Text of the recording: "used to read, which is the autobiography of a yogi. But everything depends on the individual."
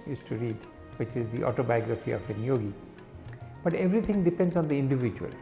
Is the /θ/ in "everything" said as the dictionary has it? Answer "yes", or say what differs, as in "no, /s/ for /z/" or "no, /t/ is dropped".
no, /t/ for /θ/